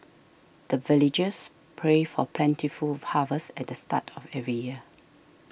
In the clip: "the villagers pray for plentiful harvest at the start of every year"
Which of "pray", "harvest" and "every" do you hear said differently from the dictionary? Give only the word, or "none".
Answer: harvest